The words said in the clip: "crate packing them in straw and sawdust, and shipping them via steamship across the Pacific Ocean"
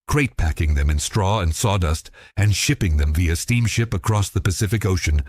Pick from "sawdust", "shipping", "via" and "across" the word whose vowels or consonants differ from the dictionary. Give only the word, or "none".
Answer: none